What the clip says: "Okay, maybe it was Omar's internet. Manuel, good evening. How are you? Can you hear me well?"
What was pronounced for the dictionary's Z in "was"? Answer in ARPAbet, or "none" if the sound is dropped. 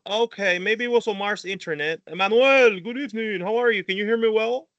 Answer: S